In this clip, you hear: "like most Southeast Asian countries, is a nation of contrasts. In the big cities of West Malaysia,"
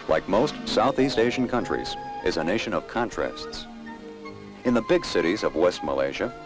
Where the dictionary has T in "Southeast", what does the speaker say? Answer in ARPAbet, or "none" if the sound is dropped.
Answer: T